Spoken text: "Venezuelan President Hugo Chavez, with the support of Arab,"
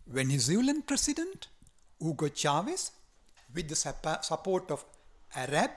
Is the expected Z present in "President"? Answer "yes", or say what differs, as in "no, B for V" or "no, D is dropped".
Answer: no, S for Z